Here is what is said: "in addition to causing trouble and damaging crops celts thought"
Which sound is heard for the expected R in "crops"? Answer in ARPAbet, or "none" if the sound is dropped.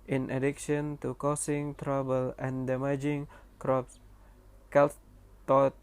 R